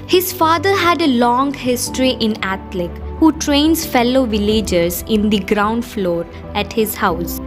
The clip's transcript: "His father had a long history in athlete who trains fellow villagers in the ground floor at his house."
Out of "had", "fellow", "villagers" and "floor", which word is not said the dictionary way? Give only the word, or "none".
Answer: none